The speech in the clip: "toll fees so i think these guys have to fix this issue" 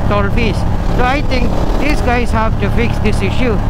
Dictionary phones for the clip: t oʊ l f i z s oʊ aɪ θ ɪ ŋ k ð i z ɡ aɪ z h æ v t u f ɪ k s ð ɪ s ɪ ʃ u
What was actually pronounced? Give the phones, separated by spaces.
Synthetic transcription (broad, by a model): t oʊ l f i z s oʊ aɪ t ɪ ŋ k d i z ɡ aɪ z h æ v t u f ɪ k s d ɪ s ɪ ʃ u